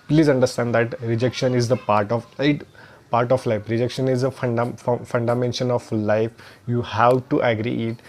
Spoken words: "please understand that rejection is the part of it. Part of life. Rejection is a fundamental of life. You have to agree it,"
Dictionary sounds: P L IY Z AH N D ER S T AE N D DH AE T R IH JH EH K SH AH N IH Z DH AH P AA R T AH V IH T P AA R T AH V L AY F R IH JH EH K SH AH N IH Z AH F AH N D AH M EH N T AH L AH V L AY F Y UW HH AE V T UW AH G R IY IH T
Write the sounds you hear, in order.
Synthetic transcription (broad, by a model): P L IY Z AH N D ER S T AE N D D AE T R IH JH EH K SH AH N IH Z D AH P AA R T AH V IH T P AA R T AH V L AY F R IH JH EH K SH AH N IH Z AH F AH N D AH M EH N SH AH N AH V L AY F Y UW HH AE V T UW AH G R IY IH T